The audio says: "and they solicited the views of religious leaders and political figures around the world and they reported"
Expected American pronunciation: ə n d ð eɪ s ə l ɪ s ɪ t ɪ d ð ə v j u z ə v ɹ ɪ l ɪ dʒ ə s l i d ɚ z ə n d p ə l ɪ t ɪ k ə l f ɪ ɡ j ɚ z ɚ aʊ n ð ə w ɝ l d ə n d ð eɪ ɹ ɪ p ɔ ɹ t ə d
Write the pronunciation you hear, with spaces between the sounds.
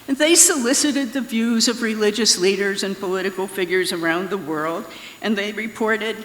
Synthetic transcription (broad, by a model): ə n ð eɪ s ə l ɪ s ɪ t ɪ d ð ə v j u z ə v ɹ ɪ l ɪ dʒ ə s l i d ɚ z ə n p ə l ɪ t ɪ k l f ɪ ɡ j ɚ z ɚ aʊ n ð ə w ɝ l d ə n ð eɪ ɹ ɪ p ɔ ɹ t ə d